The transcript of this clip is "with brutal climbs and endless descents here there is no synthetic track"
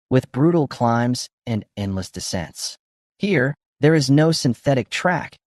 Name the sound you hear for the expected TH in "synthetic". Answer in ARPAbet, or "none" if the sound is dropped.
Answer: TH